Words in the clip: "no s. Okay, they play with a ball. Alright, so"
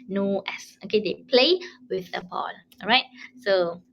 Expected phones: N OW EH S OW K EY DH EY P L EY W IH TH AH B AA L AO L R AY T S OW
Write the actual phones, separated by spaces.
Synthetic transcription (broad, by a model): N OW EH S OW K EY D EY P L EY W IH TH AH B AA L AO R AY T S OW